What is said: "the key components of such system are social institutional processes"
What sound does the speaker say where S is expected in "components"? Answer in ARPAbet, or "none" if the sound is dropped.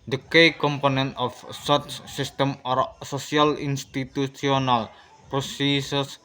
none